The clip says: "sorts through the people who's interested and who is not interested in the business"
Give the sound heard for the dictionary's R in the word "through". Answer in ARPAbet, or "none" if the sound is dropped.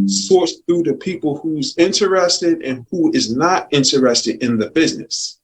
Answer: none